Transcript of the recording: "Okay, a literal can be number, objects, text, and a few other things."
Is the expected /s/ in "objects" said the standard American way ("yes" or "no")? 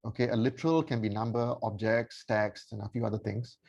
yes